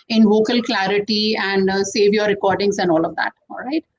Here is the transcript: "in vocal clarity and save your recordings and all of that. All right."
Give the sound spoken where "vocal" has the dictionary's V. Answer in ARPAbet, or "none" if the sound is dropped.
V